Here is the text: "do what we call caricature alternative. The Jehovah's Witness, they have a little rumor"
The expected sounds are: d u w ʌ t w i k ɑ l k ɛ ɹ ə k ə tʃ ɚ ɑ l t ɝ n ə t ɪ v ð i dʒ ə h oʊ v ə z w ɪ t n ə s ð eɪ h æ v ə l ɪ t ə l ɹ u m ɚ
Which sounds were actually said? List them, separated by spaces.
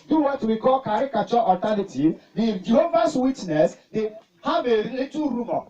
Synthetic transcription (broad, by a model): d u w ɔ t w i k ɑ l k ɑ ɹ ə k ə tʃ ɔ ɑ t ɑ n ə t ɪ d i dʒ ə h oʊ v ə s w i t n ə s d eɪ h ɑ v ə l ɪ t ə ɹ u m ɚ